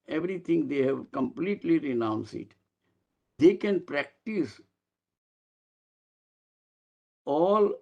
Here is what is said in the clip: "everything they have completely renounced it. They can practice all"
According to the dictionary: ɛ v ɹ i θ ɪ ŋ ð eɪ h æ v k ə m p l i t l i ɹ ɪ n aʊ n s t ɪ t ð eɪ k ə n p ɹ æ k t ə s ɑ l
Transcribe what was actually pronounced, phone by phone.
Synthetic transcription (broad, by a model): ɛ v ɹ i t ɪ ŋ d eɪ h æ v k ə m p l i t l i ɹ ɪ n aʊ n s ɪ t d eɪ k ə n p ɹ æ k t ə s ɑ l